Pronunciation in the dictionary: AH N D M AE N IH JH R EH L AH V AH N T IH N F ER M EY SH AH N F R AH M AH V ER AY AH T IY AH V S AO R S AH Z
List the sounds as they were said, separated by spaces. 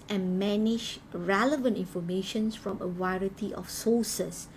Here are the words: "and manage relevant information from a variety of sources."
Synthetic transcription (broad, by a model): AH N M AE N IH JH R EH L AH V AH N T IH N F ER M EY SH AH N F R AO M AH W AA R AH T IY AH F S AO S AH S